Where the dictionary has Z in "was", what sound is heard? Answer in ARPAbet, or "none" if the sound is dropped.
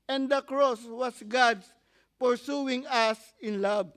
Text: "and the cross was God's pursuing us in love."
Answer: S